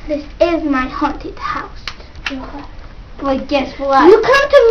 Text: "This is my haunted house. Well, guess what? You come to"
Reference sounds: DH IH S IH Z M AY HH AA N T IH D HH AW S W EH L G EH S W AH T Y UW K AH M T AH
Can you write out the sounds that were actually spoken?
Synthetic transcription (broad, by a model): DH IH S IH Z M AY HH AA N T IH D HH AW S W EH G EH S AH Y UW K AH M T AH